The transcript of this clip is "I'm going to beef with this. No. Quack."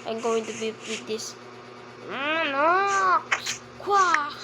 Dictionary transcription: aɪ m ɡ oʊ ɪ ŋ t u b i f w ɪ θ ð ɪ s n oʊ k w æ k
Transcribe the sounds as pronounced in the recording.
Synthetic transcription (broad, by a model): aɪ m ɡ oʊ ɪ ŋ t u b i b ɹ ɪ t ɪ ʃ n oʊ k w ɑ